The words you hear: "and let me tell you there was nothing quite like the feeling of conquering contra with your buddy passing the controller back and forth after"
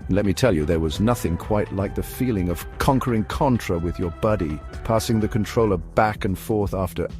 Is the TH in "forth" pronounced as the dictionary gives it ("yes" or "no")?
yes